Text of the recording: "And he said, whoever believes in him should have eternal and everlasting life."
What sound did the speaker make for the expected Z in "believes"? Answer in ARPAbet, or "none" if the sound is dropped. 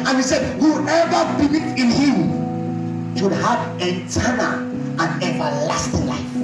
none